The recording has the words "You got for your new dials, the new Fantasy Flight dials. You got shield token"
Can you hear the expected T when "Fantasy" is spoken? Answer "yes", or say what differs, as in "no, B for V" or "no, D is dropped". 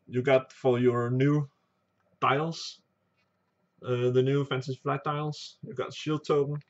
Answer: no, S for T